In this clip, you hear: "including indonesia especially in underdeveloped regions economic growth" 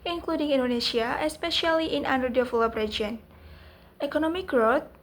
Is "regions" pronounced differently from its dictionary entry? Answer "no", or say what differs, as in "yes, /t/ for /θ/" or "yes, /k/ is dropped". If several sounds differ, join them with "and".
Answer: yes, /dʒ/ is dropped